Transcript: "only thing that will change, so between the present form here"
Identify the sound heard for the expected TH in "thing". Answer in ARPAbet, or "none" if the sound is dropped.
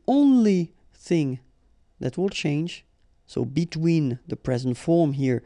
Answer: TH